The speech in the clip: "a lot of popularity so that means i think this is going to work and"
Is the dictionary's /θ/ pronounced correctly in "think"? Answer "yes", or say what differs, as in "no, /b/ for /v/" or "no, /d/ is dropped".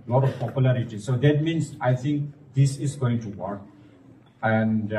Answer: no, /t/ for /θ/